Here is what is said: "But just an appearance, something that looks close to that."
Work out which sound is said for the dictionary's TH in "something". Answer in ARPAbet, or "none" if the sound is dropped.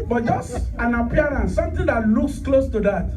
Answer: T